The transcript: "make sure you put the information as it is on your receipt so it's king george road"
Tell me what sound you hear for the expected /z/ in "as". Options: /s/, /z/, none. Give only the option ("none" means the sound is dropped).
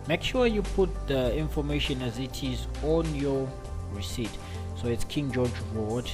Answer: /z/